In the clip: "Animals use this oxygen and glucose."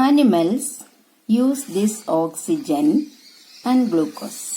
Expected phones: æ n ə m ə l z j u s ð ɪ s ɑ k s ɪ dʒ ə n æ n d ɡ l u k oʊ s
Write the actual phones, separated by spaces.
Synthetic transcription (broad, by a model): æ n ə m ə l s j u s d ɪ s ɑ k s ɪ dʒ ə n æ n d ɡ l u k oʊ s